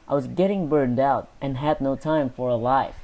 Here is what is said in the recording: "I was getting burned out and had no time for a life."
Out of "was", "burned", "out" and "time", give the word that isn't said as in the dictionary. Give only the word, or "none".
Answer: none